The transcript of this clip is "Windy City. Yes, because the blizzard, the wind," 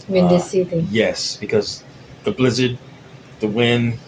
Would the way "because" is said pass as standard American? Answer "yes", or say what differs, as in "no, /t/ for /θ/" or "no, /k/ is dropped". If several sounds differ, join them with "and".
yes